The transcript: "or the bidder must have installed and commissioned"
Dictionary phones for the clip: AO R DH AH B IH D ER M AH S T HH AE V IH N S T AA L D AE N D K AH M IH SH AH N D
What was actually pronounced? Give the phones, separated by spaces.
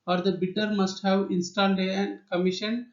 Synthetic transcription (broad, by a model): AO R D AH B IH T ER M AH S T HH AE V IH N S T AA N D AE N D K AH M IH SH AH N